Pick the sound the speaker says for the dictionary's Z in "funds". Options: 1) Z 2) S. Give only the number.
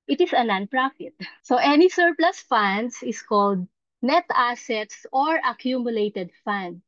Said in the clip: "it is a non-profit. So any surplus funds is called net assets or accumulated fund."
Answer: 2